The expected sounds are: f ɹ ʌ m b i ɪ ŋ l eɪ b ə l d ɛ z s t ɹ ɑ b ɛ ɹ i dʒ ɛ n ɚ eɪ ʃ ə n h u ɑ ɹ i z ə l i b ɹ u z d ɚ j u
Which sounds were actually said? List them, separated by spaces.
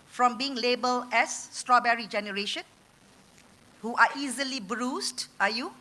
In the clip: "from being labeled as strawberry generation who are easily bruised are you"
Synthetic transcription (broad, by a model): f ɹ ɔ m b i ɪ ŋ l eɪ b ə l ɛ s t ɹ ɑ b ɛ ɹ i dʒ ɛ n ɚ eɪ ʃ ə n h u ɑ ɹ i z ə l i b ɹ u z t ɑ j u